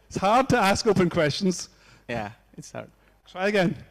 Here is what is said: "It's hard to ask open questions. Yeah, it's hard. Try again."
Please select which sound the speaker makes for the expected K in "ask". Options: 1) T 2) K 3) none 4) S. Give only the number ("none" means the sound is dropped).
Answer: 2